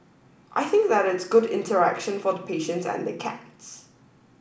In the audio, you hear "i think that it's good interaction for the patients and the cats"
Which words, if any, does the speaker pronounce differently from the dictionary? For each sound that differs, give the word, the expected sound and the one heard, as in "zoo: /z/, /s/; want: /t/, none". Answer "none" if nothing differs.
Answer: none